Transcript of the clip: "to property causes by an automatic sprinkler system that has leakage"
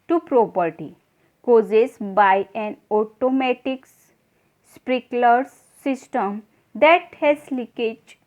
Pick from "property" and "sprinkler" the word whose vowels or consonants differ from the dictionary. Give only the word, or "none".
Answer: sprinkler